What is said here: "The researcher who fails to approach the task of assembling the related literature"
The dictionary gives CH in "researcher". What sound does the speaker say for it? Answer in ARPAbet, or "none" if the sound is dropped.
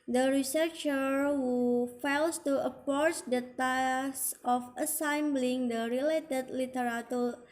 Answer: CH